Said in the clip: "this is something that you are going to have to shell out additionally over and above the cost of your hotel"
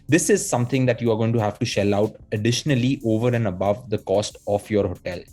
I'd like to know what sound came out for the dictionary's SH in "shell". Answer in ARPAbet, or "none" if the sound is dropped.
SH